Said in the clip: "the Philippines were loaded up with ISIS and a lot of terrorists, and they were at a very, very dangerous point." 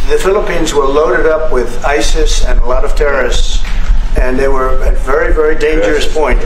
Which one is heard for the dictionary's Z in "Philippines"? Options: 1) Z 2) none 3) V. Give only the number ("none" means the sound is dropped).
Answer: 1